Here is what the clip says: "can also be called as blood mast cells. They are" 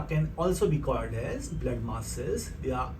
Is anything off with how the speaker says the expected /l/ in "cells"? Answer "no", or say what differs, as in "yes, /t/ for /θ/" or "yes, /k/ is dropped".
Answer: yes, /l/ is dropped